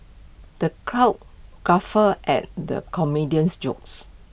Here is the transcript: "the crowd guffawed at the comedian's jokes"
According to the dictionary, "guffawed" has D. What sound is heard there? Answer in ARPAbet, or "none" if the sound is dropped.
none